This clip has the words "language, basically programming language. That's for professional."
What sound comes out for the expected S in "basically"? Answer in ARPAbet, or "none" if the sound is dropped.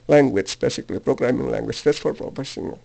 S